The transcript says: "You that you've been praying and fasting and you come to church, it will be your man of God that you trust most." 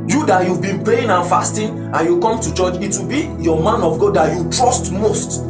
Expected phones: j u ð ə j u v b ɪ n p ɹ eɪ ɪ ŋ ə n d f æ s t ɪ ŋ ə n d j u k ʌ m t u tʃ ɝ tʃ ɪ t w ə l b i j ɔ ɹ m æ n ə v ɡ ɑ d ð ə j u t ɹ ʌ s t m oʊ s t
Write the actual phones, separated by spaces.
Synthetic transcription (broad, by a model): j u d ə j u v b ɪ n p eɪ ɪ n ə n f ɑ s t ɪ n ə n j u k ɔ m t u tʃ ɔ tʃ ɪ t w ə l b i j ɔ m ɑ n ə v ɡ ɑ d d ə j u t ɹ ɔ s t m oʊ s t